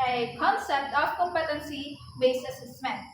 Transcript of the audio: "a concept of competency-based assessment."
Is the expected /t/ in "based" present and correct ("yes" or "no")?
no